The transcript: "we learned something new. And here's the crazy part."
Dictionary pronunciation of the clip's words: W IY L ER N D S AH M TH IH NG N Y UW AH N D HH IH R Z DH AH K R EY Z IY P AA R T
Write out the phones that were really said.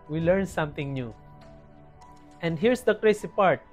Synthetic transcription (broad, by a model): W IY L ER N S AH M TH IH NG N Y UW AH N D HH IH R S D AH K R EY S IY P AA R T